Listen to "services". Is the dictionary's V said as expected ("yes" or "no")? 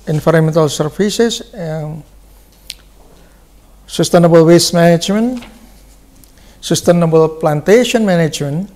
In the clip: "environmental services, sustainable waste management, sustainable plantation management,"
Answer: no